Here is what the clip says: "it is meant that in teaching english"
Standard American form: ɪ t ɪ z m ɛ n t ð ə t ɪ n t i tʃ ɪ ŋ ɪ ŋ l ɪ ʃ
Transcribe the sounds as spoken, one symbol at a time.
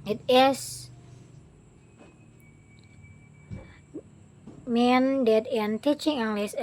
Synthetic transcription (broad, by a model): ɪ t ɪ s m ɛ n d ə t ɪ n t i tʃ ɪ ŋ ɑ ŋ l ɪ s